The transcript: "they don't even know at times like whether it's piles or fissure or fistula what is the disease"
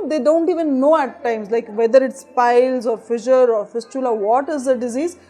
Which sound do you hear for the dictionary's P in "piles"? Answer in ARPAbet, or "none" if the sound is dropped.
P